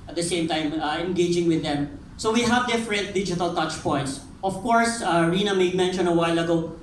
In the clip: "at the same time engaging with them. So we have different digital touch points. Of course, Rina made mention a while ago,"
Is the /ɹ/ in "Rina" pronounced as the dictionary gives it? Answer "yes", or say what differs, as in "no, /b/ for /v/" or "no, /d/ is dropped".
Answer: yes